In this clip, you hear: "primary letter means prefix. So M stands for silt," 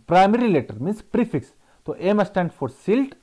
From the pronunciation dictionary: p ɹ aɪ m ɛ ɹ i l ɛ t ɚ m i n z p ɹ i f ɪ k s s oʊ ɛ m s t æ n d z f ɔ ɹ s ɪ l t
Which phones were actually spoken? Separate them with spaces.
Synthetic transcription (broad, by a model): p ɹ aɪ m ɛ ɹ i l ɛ t ɚ m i n s p ɹ i f ɪ k s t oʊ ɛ m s t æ n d f ɔ ɹ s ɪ l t